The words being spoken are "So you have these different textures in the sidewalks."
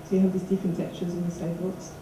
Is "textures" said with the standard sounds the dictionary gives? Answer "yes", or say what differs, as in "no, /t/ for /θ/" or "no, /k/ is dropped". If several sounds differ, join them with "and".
no, /s/ is dropped